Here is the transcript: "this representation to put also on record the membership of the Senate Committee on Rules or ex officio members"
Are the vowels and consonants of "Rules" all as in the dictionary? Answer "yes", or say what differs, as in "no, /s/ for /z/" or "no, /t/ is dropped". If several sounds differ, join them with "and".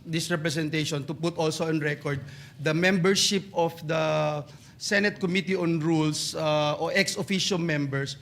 no, /s/ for /z/